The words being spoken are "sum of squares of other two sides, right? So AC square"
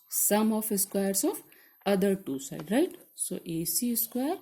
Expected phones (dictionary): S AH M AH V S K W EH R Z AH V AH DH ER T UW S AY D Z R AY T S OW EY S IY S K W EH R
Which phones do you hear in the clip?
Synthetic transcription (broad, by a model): S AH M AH F S K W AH R S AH F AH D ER T UW S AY D R AY T S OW EY S IY S K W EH R